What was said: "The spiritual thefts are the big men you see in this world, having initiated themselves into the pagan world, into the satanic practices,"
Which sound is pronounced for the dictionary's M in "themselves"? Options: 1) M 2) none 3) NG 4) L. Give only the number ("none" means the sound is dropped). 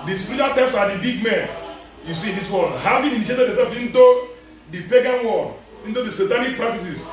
2